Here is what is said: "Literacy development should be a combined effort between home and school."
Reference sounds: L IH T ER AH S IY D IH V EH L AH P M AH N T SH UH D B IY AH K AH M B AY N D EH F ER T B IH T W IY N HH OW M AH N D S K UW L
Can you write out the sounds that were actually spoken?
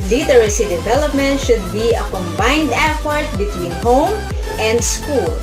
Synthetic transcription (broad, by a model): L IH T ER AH S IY D IH V EH L AH P M AH N T SH UH D B IY AH K AH M B AY N D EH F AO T B IH T W IY N HH OW M AH N D S K UW L